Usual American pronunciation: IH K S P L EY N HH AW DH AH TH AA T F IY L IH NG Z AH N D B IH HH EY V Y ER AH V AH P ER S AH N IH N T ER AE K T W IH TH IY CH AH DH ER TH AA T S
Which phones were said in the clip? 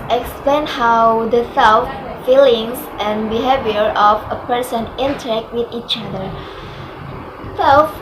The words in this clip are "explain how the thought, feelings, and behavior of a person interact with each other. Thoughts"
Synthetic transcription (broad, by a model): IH K S P L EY N HH AW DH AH S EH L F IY L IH NG S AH N B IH HH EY V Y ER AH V AH P ER S AH N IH N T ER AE K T W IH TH IY CH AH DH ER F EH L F